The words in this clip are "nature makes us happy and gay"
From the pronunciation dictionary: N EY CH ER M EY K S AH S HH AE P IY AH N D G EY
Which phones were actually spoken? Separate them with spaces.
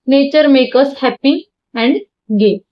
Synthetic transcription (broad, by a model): N EY CH ER M EY K AH S HH AE P IY AH N D G EY